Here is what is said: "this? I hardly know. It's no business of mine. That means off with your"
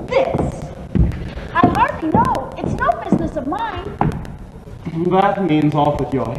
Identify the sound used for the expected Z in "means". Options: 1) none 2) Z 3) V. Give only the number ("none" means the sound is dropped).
2